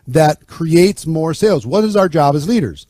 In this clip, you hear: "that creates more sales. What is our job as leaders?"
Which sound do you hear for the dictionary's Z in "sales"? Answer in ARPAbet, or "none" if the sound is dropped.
Z